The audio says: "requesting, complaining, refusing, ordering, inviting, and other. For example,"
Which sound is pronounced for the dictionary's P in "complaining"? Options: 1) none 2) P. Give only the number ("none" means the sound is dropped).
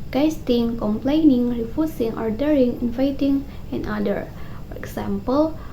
2